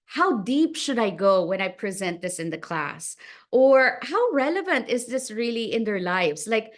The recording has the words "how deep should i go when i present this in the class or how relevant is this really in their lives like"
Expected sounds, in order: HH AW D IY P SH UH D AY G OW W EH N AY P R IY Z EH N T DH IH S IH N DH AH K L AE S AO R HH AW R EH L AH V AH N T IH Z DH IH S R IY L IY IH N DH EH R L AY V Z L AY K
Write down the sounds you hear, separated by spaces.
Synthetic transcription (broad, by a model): HH AW D IY P SH UH D AY G OW W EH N AY P R IY Z EH N T DH IH S IH N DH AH K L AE S AO R HH AW R EH L AH V AH N T IH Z DH IH S R IY L IY IH N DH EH R L AY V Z L AY K